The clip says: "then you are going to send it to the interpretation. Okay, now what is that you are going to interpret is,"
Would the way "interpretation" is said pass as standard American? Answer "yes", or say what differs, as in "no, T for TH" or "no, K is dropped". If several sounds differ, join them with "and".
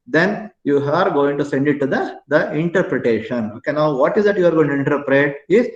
yes